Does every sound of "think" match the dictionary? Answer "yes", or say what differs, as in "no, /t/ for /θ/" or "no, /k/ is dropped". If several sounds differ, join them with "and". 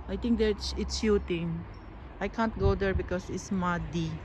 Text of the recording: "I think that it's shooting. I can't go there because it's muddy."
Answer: no, /t/ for /θ/